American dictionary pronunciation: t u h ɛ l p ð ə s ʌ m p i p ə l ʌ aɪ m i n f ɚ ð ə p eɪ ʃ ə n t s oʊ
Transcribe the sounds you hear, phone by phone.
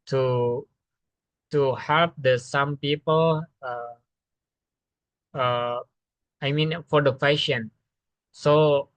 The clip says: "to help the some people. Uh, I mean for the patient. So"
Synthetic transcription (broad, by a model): t u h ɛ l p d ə s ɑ m p i p ə l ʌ aɪ m i n f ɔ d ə f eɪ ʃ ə n s oʊ